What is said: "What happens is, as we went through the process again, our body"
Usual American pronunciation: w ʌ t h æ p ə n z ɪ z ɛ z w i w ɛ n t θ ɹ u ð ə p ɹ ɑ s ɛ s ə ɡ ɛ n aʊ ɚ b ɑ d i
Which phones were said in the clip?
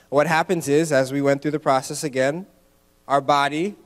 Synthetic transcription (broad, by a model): w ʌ t h æ p ə n z ɪ z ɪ z w i w ɛ n θ ɹ u ð ə p ɹ ɑ s ɛ s ə ɡ ɛ n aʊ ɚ b ɑ d i